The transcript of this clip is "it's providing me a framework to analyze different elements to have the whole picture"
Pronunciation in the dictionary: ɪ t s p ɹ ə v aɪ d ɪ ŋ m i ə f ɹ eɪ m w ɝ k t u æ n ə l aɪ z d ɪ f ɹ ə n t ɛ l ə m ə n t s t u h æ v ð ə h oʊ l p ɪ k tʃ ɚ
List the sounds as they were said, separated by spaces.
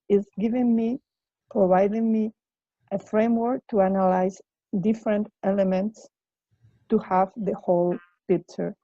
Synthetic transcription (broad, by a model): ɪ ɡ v p ɹ ə v aɪ d ɪ ŋ m i ə f ɹ eɪ m w ɝ k t u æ n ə l aɪ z d ɪ f ɹ ə n t ɛ l ə m ə n t s t u h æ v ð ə h oʊ l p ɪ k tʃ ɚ